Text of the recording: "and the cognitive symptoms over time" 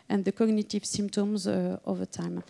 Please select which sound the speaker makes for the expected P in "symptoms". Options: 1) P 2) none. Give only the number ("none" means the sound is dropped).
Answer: 1